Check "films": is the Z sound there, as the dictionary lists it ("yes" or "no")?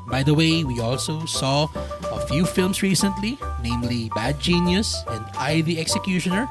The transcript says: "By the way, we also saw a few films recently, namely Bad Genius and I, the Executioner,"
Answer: no